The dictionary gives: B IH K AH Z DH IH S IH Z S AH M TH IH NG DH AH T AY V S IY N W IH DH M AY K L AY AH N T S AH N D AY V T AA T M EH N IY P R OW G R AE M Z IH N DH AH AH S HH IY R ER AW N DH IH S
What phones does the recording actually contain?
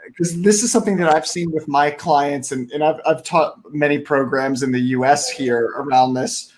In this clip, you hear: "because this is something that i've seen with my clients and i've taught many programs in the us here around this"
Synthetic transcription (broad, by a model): K AH Z DH IH S IH Z S AH M TH IH NG DH AH T AY V S IY N W IH DH M AY K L AY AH N T S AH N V AY V T AA T M EH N IY P R OW G R AE M Z IH N DH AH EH S HH IY R ER AW N DH IH S